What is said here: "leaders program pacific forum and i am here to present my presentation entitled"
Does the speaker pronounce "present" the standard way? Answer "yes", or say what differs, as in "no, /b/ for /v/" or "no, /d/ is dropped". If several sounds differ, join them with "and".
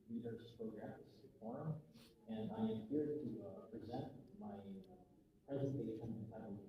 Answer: yes